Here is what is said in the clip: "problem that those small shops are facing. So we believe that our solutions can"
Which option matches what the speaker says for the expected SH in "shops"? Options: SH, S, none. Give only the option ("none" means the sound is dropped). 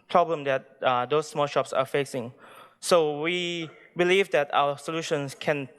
SH